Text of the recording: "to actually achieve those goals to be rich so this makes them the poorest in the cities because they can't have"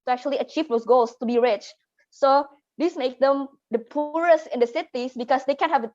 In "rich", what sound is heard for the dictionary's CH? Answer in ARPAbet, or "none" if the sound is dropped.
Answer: CH